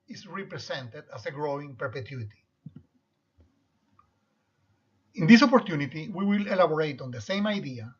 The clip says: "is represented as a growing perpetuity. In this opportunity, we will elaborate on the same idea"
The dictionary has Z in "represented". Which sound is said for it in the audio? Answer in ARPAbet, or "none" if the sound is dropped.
S